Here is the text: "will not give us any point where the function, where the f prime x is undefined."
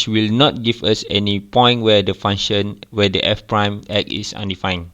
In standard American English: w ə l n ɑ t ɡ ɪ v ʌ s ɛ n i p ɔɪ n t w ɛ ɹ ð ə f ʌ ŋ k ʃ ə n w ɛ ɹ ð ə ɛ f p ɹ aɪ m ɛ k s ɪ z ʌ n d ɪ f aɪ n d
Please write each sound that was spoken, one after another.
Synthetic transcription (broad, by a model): w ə l n ɑ t ɡ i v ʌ s ɛ n i p ɔɪ n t w ɛ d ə f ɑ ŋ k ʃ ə n w ɛ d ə ɛ f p ɹ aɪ m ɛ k ɪ s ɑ n d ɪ f aɪ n